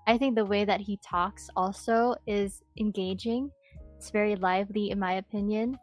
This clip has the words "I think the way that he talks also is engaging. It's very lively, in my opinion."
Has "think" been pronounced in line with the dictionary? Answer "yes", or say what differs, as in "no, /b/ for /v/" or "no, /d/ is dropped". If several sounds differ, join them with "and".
yes